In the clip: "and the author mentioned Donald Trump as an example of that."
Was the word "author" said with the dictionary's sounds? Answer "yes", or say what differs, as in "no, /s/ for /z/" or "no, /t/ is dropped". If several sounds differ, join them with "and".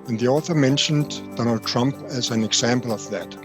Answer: yes